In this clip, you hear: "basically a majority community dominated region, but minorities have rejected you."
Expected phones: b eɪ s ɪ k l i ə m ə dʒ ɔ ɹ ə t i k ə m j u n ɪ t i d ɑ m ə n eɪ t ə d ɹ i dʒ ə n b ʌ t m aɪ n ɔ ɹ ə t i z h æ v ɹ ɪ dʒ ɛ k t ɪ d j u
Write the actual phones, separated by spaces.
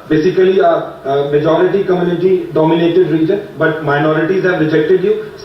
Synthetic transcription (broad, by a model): b eɪ s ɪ k l i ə m ə dʒ ɔ ɹ ə t i k ə m j u n ɪ t i d ɑ m ə n eɪ t ə d ɹ i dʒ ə n b ʌ t m aɪ n ɔ ɹ ə t i z h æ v ɹ ɪ dʒ ɛ k t ɪ d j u